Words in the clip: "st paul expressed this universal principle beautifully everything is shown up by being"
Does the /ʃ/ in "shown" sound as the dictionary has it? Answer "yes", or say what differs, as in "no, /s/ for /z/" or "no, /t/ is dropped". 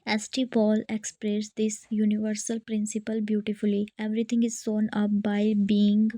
no, /s/ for /ʃ/